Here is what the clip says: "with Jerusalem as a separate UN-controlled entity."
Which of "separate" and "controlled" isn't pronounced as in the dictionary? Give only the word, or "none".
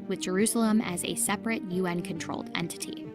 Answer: none